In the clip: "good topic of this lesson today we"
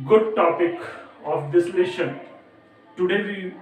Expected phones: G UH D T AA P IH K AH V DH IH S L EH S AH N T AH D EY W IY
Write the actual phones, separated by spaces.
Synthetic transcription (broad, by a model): G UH D T AA P IH K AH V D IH S L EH SH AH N T AH D EY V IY